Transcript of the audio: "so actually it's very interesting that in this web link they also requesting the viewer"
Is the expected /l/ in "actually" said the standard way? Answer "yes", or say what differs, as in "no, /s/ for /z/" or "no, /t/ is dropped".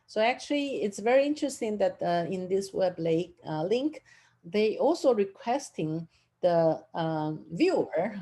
yes